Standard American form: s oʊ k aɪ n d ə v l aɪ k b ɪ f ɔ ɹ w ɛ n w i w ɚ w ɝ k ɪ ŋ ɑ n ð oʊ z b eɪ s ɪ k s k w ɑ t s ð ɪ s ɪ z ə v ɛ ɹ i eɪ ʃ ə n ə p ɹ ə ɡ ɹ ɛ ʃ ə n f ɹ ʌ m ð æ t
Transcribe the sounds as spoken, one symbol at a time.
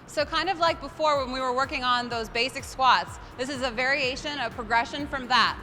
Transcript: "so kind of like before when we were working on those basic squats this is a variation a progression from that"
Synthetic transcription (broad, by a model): s oʊ k aɪ n d ə v l aɪ k b ɪ f ɔ ɹ w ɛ n w i w ɚ w ɝ k ɪ ŋ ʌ n ð oʊ z b eɪ s ɪ k s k w ɑ t s ð ɪ s ɪ z ə v ɛ ɹ i eɪ ʃ ə n ə p ɹ ə ɡ ɹ ɛ ʃ ə n f ɹ ʌ m ð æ t